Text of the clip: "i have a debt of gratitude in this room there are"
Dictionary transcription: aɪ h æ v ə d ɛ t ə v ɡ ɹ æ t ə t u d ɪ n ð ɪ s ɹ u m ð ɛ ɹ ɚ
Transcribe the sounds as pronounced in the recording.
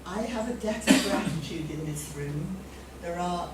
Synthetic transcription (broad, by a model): aɪ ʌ v ə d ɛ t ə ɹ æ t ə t u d ɪ n ð ɪ s ɹ u m ð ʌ ɹ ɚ